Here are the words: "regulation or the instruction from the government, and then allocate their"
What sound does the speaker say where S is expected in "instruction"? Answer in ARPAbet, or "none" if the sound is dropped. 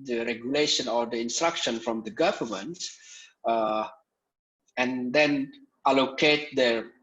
S